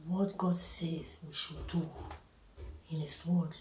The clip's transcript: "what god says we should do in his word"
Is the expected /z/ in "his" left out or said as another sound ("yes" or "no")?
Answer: yes